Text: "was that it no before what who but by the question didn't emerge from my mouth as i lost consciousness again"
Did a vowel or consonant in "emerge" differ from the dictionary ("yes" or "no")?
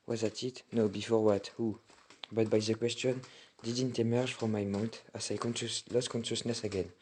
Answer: yes